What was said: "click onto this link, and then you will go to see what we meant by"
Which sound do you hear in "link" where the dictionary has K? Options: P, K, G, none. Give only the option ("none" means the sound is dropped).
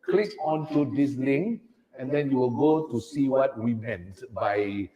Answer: none